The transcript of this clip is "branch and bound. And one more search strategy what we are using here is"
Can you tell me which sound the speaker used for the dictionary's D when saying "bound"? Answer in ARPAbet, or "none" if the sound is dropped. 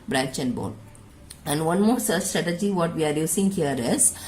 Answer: none